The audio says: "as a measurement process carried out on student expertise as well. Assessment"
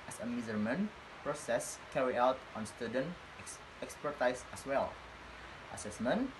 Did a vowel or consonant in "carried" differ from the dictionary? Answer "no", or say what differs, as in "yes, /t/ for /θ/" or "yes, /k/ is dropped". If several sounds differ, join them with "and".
yes, /d/ is dropped